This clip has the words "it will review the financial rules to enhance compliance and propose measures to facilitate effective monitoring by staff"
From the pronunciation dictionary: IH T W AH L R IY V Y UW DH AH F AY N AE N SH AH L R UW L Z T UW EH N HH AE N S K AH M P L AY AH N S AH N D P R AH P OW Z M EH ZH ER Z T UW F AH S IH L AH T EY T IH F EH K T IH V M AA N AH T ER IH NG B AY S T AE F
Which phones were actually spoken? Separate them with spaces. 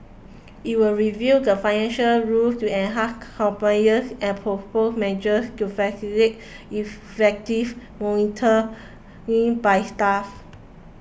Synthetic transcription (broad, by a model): IH T W AH L R IY V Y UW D AH F AY N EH N SH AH L R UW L T UW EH N HH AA S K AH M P N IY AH S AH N P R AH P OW S M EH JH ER S T UW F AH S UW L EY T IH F EH K T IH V M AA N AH T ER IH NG B AY S T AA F